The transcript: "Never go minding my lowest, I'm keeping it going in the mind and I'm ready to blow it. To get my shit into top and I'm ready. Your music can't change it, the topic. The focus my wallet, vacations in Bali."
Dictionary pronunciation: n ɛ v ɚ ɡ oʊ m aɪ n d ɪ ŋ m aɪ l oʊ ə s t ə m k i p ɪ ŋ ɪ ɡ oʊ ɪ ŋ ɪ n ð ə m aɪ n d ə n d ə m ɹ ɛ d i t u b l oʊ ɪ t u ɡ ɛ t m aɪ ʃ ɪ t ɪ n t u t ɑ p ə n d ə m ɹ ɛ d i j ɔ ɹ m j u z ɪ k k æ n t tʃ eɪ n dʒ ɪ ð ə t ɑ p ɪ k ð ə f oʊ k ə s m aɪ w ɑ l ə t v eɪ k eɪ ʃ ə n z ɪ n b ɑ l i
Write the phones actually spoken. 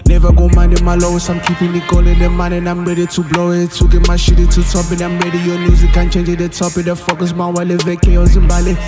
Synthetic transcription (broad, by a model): n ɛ v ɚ ɡ oʊ m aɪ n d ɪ m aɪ l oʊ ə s ə m k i p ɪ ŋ ɪ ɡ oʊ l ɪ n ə m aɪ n ə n ə m ɹ ɛ d i t u b l oʊ ɪ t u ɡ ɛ m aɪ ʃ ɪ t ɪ t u t ɑ p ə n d ə m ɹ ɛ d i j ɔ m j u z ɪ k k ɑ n tʃ eɪ n dʒ ɪ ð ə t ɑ p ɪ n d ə f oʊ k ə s m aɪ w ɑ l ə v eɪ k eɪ ə z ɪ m b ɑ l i